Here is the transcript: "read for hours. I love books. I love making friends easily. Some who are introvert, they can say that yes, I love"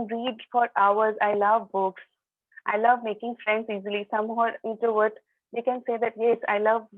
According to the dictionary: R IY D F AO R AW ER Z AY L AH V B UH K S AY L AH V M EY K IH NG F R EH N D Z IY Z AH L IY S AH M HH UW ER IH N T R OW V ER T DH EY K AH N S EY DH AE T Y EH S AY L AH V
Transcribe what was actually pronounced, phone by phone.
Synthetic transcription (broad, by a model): R IY D F AO R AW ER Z AY L AH V B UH K S AY L AH V M EY K IH NG F R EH N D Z IY Z AH L IY S AH M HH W ER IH N T UW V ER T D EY K AH N S EY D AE T Y EH S AY L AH V